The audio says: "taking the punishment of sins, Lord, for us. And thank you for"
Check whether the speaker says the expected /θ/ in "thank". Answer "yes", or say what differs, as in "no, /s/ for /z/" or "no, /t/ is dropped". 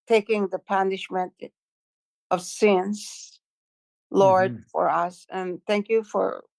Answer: yes